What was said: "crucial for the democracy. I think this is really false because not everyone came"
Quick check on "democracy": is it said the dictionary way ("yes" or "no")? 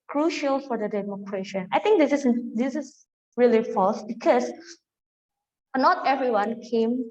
no